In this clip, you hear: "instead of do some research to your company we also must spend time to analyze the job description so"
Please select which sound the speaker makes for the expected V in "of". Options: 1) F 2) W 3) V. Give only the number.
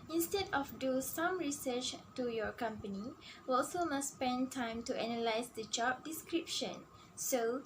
1